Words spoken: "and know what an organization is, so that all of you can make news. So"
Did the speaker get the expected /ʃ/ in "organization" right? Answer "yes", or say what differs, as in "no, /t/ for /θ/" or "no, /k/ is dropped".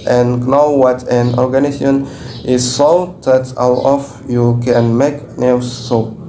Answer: no, /ʃ/ is dropped